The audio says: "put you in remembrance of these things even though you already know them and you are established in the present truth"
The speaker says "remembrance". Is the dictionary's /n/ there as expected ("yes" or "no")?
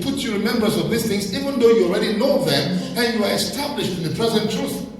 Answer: no